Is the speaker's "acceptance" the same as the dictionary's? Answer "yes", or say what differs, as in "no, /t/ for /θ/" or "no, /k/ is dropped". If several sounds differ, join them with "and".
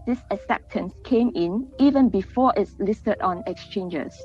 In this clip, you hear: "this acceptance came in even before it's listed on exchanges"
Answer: no, /k/ is dropped